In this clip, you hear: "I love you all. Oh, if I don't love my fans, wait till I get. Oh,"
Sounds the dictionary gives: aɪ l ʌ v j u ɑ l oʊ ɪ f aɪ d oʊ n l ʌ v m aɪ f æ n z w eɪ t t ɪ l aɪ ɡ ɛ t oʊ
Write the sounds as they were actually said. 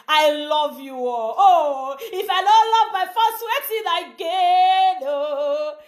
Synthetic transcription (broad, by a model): aɪ l ʌ v j u ɑ l oʊ ɪ f aɪ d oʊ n l ʌ v m aɪ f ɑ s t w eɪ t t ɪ n aɪ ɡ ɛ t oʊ